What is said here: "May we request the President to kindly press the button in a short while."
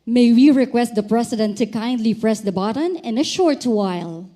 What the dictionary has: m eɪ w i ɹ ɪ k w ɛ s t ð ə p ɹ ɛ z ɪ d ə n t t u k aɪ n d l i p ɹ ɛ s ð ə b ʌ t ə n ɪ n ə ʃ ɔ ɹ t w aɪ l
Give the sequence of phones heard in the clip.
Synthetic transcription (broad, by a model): m eɪ w i ɹ ɪ k w ɛ s t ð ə p ɹ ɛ s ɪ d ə n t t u k aɪ n d l i p ɹ ɛ s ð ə b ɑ t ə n ɪ n ə ʃ ɔ ɹ t w aɪ l